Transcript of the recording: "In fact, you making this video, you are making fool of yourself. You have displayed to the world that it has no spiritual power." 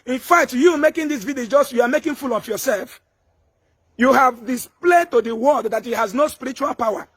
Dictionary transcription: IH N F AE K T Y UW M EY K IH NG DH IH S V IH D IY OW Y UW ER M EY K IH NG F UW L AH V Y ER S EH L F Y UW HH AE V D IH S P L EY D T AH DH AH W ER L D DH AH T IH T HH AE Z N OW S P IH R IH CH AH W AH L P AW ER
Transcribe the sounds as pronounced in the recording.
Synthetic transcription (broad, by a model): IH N F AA K T Y UW M EY K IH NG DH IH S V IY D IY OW Y UW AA M EY K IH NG F UW L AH F Y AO S EH L F Y UW HH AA V D IH S P L EY D T AH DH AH W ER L D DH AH T IH T HH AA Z N OW S P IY R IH CH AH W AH L P AW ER